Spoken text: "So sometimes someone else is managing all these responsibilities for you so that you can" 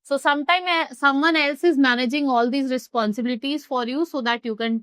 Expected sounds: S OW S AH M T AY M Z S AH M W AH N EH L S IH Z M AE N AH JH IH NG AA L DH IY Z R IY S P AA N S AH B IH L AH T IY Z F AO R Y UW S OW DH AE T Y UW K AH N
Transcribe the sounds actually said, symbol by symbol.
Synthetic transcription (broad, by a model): S OW S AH M T AY M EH S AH M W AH N EH L S IH Z M AE N AH JH IH NG AA L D IY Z R IY S P AA N S AH B IH L AH T IY Z F AO R Y UW S OW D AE T Y UW K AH N